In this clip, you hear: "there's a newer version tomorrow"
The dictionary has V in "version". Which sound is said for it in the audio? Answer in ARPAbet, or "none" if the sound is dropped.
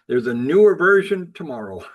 V